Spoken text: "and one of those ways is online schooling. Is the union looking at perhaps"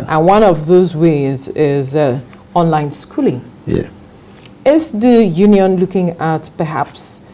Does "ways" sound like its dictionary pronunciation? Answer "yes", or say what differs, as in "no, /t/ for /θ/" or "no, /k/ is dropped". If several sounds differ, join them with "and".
yes